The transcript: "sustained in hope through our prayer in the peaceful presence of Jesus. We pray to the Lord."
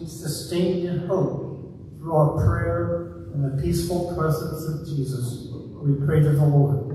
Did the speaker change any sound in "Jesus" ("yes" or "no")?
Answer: no